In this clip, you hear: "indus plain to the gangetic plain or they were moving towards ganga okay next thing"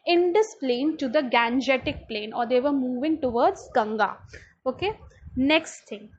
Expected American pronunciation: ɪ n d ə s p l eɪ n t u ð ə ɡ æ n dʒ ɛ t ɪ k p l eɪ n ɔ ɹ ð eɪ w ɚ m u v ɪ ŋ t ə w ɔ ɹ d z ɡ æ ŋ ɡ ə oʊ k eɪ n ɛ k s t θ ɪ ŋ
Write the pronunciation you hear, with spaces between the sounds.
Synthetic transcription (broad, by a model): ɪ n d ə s p l eɪ n t u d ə ɡ æ n dʒ ɛ t ɪ k p l eɪ n ɔ ɹ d eɪ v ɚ m u v ɪ ŋ t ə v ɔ ɹ d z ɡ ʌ ŋ ɡ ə oʊ k eɪ n ɛ k s t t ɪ ŋ